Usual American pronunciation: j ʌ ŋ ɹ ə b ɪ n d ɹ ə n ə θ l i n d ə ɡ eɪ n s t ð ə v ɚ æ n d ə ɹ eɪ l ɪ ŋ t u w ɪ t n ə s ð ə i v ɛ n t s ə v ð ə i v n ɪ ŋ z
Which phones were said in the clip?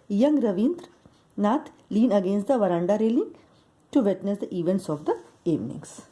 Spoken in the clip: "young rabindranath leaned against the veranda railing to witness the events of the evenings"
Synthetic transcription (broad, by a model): j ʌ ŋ ɹ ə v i n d ɹ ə n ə t l i n ə ɡ eɪ n s t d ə v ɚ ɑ n d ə ɹ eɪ l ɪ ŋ t u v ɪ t n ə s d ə i v ɛ n t s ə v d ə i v n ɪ ŋ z